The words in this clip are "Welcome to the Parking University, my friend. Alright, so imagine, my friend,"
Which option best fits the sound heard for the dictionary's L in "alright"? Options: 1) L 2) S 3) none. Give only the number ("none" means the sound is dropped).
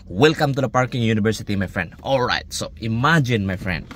1